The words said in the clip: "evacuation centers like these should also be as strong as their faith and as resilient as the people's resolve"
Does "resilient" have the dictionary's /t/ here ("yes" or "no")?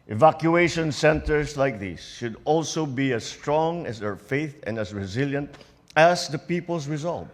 yes